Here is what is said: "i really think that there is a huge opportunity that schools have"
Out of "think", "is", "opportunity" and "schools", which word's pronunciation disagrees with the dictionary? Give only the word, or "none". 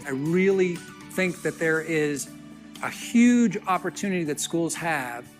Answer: none